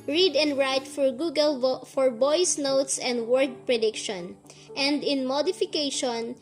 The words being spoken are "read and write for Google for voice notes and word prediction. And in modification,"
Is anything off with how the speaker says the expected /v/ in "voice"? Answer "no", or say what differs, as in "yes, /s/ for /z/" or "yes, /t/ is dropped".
yes, /b/ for /v/